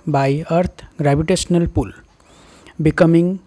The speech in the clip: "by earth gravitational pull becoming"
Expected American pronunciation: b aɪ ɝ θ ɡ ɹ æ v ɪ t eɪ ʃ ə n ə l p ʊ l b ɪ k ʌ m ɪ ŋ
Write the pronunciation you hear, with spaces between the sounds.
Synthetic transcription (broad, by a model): b aɪ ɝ t ɡ ɹ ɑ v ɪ t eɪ s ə n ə l p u l b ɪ k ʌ m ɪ ŋ